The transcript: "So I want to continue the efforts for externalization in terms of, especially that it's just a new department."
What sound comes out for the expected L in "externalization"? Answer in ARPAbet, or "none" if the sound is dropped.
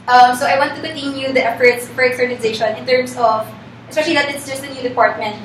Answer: N